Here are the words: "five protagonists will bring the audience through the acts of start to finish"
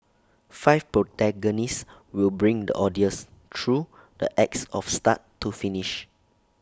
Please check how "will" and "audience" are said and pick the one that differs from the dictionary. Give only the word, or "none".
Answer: audience